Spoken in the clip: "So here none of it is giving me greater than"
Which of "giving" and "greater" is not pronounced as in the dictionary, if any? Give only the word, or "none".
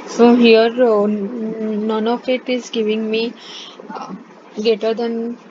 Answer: greater